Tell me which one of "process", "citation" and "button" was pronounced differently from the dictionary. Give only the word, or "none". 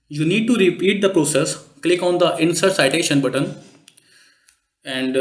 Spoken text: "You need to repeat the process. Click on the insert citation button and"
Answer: none